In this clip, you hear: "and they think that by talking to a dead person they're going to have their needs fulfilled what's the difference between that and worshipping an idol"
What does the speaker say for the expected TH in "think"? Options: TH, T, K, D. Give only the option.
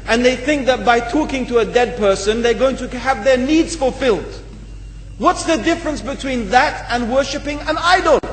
TH